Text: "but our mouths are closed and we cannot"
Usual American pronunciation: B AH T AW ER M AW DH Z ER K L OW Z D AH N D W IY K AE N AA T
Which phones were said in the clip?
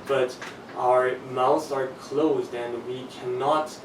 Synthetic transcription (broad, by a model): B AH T AW ER M AW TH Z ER K L OW Z D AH N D W IY K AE N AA T